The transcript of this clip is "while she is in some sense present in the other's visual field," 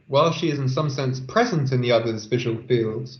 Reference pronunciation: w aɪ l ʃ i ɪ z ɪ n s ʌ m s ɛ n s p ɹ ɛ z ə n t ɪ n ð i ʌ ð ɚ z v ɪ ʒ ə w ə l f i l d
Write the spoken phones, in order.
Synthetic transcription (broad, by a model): w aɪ l ʃ i ɪ z ɪ n s ʌ m s ɛ n s p ɹ ɛ z ə n t ɪ n ð i ʌ ð ɚ z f ɪ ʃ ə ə l f i l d